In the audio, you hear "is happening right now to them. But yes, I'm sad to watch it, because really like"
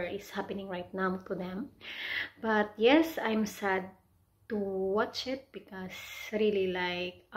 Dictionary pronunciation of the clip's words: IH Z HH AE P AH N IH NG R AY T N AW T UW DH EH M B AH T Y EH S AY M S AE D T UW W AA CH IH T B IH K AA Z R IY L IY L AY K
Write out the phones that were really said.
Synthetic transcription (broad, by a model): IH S HH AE P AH N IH NG R AY T N AW T UW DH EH M B AH T Y EH S AY M S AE D T UW W AA CH IH T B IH K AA S R IY L IY L AY K